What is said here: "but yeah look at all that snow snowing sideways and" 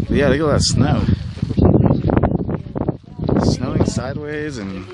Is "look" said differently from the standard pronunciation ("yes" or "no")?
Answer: yes